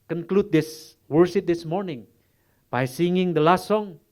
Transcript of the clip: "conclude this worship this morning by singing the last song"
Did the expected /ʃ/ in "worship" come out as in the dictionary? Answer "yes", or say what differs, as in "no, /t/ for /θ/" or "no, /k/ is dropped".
no, /s/ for /ʃ/